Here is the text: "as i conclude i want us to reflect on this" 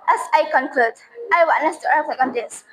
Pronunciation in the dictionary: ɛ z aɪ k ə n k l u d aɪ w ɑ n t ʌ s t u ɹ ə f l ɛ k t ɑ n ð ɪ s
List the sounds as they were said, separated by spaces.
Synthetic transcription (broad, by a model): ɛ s aɪ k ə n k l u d aɪ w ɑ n ʌ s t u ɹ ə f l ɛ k ɑ n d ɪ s